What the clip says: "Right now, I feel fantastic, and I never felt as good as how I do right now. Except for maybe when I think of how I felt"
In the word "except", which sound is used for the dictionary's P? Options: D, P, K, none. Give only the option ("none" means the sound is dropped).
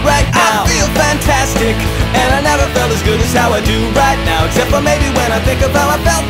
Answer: P